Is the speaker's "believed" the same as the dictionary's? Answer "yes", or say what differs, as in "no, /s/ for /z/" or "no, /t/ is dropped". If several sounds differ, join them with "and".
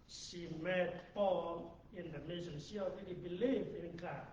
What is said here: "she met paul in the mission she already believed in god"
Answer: no, /d/ is dropped